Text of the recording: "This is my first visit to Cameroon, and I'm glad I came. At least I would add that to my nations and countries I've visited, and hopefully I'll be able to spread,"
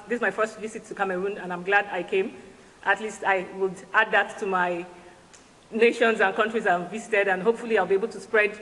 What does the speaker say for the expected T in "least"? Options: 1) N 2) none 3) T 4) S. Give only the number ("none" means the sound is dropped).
3